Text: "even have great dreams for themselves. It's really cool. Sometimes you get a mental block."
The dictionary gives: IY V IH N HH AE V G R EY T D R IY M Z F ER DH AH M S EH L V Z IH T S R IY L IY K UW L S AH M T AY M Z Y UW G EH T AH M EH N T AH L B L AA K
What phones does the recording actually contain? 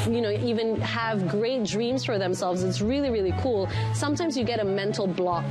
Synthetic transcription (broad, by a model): IY V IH N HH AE V G R EY T D R IY M Z F ER DH AH M S EH L V Z IH T S R IY L IY K UW L S AH M T AY M Z Y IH G EH T AH M EH N T L B L AA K